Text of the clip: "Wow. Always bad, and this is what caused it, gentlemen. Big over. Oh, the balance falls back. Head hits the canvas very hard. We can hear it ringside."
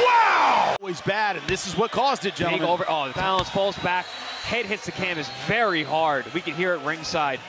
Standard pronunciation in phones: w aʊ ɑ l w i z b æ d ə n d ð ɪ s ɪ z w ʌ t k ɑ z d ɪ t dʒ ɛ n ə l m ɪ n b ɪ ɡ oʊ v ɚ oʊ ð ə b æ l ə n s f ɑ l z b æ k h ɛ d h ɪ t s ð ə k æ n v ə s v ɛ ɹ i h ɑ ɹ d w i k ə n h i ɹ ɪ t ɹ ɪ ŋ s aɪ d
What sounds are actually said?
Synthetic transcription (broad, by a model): w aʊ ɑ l w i z b æ d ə n ð ɪ s ɪ z w ʌ t k ɑ z d ɪ t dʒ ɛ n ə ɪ v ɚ oʊ ð ə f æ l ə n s f ɑ l z b æ k h ɛ d h ɪ t s ð ə k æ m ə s v ɛ ɹ i h ɑ ɹ d w i k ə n h i ɹ ɪ t ɹ ɪ ŋ s aɪ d